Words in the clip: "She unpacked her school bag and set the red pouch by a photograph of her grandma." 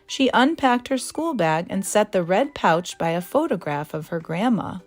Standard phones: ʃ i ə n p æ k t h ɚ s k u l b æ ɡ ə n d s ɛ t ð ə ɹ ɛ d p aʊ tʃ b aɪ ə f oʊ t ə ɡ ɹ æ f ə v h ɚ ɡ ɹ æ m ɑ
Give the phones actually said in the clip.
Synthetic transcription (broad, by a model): ʃ i ə n p æ k t h ɚ s k u l b æ ɡ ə n s ɛ t ð ə ɹ ɛ d p aʊ tʃ b aɪ ə f oʊ t ə ɡ ɹ æ f ə v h ɚ ɡ ɹ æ m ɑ